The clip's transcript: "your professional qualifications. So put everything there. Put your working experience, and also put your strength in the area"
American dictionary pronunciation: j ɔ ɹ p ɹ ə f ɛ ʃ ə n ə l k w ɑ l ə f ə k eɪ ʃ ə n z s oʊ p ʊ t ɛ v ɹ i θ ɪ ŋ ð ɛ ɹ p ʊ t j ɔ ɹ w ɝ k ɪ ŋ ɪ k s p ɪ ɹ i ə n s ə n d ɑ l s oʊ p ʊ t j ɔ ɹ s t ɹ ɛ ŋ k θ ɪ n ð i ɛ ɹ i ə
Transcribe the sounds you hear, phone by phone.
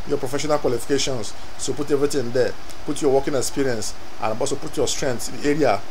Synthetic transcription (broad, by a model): j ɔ p ɹ ə f ɛ ʃ ə n ə l k w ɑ l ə f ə k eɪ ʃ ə n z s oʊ p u t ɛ v ɹ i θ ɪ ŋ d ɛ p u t j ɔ w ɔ k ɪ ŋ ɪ k s p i ɹ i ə n s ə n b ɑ s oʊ p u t j ɔ s t ɹ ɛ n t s ɪ n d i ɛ ɹ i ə